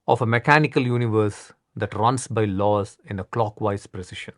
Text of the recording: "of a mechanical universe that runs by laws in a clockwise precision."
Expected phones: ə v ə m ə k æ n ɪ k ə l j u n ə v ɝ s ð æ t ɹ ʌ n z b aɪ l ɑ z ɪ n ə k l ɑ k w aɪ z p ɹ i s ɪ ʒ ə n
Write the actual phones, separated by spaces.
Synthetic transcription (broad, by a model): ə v ə m ə k æ n ɪ k ə l j u n ə v ɝ s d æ t ɹ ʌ n s b aɪ l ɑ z ɪ n ə k l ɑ k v aɪ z p ɹ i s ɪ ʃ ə n